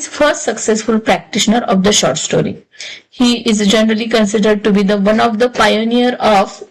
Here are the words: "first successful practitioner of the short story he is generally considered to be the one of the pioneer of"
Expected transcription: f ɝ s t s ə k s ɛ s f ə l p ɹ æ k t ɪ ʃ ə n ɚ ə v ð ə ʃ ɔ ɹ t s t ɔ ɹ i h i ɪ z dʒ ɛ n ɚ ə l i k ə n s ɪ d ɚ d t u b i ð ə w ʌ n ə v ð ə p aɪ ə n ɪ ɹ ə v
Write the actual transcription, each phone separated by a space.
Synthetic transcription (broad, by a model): f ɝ s t s ə k s ɛ s f ə l p ɹ æ k t ɪ ʃ ə n ɚ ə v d ə ʃ ɔ ɹ t s t ɔ ɹ i h i ɪ z dʒ ɛ n ɚ ə l i k ə n s ɪ d ɚ d t u b i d ə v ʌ n ə v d ə p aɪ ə n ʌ ɹ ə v